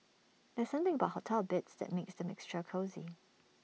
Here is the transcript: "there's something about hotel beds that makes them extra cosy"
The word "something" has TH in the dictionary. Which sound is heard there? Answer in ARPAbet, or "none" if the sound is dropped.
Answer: TH